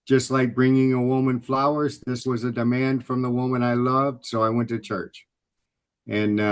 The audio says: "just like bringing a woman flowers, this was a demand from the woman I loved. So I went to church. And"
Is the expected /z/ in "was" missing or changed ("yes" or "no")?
no